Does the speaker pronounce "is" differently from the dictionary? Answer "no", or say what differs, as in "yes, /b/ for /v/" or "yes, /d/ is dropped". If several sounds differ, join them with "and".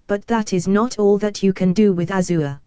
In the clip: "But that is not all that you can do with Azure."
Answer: no